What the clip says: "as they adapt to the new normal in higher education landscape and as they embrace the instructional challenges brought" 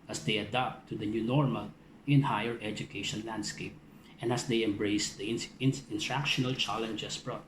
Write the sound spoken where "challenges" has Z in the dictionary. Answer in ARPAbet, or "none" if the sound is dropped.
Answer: S